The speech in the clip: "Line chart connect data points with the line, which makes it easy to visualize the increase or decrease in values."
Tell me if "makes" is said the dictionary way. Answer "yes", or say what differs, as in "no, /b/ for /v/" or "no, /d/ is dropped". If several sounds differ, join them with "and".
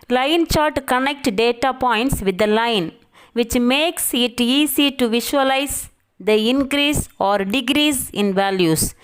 yes